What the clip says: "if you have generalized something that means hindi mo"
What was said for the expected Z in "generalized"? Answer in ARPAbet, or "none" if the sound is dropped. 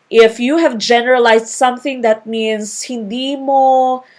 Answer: S